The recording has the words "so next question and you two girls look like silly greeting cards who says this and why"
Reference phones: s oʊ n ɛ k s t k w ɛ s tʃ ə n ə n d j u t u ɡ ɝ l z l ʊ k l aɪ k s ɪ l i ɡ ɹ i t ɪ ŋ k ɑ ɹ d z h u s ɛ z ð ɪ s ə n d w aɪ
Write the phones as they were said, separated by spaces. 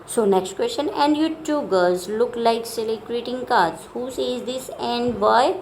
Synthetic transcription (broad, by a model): s oʊ n ɛ k s t k w ɛ s tʃ ə n ə n d j u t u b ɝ z l ʊ k l aɪ k s ɪ l i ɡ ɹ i t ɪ ŋ k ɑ ɹ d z h u s ɛ z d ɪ s ə n d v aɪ